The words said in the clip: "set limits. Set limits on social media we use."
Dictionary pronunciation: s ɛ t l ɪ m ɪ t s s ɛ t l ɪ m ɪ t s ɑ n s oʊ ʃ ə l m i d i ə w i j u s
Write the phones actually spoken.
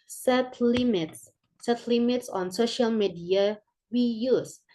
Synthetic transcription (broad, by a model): s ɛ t l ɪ m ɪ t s s ɛ t l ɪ m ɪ t s ɑ n s oʊ ʃ ə l m i d i ə w i j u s